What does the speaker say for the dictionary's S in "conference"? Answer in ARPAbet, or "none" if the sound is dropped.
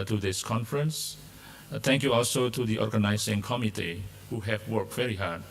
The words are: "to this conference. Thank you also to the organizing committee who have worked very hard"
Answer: S